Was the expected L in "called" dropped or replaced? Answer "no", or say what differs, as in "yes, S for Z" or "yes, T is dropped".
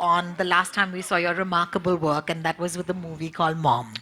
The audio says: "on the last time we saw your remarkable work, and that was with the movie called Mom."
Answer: no